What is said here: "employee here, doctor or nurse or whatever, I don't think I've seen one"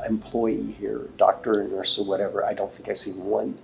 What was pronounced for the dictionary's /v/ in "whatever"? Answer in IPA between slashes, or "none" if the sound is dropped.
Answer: /v/